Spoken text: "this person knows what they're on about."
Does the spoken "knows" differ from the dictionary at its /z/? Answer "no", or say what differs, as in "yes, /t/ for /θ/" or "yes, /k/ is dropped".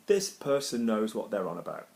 no